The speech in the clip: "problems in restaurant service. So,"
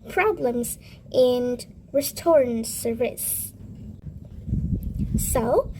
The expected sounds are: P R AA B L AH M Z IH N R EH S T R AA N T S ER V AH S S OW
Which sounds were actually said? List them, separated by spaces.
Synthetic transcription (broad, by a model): P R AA B L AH M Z IH N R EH S T AA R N S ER AH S S OW